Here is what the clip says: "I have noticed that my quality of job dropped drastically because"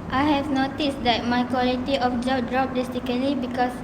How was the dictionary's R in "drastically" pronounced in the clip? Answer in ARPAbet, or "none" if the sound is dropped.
none